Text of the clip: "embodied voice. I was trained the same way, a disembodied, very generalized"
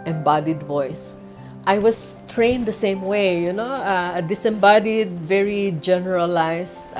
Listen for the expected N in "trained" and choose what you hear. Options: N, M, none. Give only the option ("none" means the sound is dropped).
N